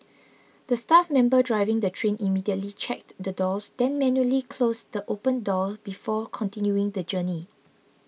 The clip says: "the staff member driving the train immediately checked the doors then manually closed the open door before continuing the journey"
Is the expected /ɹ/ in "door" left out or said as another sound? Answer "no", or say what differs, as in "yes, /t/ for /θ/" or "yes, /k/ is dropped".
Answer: yes, /l/ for /ɹ/